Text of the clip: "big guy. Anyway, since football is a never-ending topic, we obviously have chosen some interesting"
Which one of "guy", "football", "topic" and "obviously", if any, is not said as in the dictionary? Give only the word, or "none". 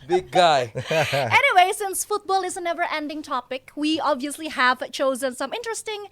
none